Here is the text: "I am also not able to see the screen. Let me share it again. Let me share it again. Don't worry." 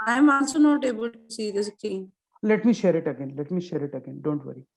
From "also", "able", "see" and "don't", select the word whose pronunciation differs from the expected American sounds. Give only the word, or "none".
also